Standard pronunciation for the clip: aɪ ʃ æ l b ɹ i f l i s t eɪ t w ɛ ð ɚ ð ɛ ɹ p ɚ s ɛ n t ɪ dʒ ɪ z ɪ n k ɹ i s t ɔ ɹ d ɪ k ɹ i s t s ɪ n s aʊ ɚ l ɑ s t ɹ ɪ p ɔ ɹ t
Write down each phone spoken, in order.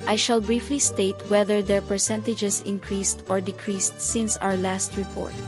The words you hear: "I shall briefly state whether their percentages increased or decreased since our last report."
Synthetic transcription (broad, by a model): aɪ ʃ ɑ l b ɹ i f l i s t eɪ t w ɛ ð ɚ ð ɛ ɹ p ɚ s ɛ n t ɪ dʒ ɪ s ɪ n k ɹ i s t ɔ ɹ d ɪ k ɹ i s t s ɪ n s aʊ ɚ l ɑ s t ɹ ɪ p ɔ ɹ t